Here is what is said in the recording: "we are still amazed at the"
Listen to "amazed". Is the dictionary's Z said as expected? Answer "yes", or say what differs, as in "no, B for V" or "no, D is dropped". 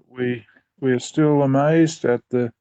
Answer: yes